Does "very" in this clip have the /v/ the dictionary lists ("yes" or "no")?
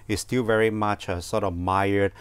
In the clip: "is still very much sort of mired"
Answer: yes